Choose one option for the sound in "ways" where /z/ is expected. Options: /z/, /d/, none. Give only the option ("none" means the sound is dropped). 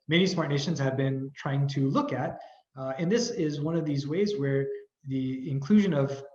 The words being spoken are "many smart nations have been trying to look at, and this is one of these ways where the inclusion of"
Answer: /z/